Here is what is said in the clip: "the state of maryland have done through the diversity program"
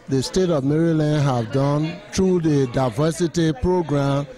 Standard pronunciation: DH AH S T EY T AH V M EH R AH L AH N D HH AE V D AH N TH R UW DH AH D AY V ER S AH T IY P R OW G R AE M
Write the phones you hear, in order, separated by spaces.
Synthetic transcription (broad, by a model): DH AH S T EY T AH V M EH R AH L AH N D HH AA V D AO N T R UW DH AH D AY V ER S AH T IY P R OW G R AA M